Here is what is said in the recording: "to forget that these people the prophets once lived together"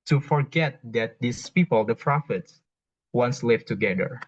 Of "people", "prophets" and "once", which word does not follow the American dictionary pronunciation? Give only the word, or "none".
none